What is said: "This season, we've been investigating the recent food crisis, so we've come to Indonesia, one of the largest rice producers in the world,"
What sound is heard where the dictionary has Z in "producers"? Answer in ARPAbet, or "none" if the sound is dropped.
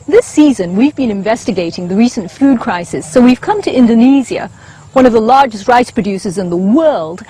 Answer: Z